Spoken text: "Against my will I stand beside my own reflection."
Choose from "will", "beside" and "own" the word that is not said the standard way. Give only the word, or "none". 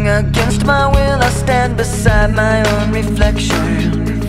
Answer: none